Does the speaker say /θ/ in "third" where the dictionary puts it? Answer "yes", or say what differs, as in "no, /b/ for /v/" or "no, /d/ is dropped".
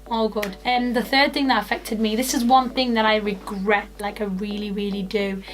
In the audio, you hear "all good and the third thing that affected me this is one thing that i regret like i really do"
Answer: yes